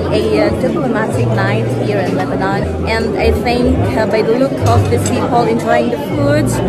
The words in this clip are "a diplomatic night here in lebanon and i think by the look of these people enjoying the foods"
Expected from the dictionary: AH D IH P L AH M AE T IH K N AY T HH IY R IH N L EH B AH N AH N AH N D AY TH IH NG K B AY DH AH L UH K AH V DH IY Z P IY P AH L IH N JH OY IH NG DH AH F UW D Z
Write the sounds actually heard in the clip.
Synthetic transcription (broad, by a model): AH D IH P L AH M AE T IH K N AY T HH IY R IH N L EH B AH N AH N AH N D AY TH IH NG K B AY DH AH L UH K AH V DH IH S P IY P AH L IH N JH OY IH NG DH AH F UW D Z